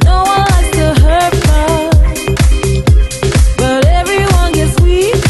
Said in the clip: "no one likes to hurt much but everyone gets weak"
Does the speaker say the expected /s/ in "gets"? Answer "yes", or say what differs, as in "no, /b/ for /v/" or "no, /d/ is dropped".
yes